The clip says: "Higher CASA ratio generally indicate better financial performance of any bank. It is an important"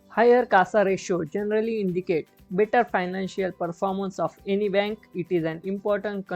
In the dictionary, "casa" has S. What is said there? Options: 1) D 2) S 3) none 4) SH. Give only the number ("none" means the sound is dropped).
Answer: 2